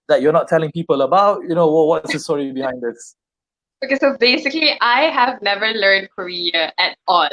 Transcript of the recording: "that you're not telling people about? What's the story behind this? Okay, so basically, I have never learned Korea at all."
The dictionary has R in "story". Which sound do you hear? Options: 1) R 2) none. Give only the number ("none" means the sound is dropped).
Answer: 1